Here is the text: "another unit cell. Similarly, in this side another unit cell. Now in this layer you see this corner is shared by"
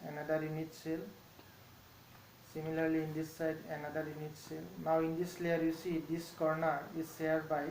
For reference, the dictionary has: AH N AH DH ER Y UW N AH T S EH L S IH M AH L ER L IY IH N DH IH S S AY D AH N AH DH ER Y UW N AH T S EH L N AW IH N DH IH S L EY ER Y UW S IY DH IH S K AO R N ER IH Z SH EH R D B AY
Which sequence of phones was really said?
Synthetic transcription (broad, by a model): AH N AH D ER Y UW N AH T S EH L S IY M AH L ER L IY N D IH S S AY D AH N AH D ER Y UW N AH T S EH L N AW IH N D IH S L EY ER Y UW S IY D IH S K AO R N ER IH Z S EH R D B AY